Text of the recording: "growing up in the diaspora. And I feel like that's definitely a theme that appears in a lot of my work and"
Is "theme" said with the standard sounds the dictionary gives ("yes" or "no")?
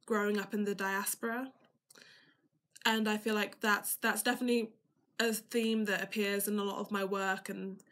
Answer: yes